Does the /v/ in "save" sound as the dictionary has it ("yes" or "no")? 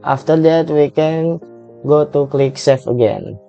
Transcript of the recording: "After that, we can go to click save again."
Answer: no